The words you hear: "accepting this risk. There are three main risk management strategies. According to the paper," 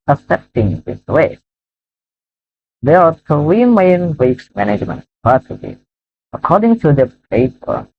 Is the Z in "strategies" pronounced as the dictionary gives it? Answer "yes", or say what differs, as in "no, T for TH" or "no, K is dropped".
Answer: no, Z is dropped